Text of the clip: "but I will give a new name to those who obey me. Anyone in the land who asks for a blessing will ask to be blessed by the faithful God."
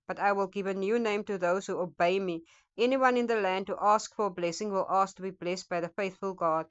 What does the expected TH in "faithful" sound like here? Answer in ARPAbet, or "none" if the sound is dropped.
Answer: TH